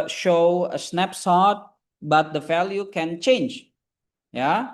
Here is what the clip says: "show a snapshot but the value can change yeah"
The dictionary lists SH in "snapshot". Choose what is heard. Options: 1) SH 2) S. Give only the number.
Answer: 2